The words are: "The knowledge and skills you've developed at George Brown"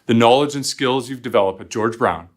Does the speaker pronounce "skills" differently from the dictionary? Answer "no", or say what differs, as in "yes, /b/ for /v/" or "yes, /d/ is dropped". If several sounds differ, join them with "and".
no